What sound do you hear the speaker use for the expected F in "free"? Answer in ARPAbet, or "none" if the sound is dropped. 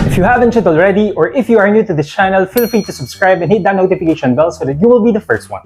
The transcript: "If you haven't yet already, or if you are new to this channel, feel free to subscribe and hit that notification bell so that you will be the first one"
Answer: F